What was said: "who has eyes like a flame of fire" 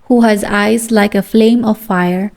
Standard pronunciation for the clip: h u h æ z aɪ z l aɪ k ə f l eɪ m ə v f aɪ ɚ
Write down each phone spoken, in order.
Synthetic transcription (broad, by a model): h u h æ z aɪ z l aɪ k ə f l eɪ m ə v f aɪ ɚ